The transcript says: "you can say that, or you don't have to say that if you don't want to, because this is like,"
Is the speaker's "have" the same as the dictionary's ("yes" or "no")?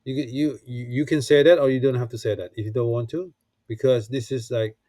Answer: no